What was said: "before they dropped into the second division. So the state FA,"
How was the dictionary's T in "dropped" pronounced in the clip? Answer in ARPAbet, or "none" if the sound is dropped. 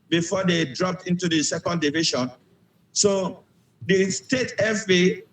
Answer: T